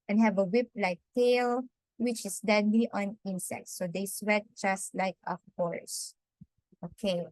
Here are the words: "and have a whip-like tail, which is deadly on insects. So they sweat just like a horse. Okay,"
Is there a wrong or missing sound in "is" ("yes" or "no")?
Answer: yes